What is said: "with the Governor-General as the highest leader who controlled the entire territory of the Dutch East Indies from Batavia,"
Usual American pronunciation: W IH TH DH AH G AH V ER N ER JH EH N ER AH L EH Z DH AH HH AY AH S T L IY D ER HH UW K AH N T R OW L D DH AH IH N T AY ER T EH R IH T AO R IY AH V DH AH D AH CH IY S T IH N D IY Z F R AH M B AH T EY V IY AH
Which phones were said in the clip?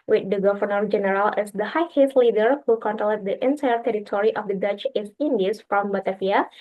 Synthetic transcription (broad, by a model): W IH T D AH G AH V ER N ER JH EH N ER AH L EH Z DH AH HH AY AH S L IY D ER HH UW K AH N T L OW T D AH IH N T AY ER T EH R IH T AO R IY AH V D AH D AH CH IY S IH N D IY S F R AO M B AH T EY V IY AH